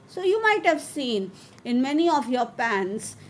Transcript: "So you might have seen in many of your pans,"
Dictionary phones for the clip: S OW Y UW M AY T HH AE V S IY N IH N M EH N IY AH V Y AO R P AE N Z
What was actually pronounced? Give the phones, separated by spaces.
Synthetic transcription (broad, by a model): S OW Y UW M AY T HH AE V S IY N IH N M EH N IY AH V Y AO R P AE N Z